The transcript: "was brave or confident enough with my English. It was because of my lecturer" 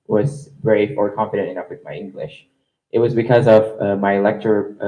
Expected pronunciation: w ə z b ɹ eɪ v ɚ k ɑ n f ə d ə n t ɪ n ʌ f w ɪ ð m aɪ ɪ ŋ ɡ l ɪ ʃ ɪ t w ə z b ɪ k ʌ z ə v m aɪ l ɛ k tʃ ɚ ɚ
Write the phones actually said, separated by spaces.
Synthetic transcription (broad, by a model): w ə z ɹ ɹ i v ɚ k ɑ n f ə d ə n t ɪ n ʌ f w ɪ ð m aɪ ɪ ŋ ɡ l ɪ ʃ ɪ t w ə z b ɪ k ʌ z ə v m aɪ l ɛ k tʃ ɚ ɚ